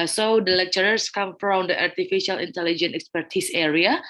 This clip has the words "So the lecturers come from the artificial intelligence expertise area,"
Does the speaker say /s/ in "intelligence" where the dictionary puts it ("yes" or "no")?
no